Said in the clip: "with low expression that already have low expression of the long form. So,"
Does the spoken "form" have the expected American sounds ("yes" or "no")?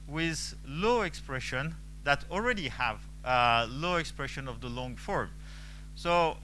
yes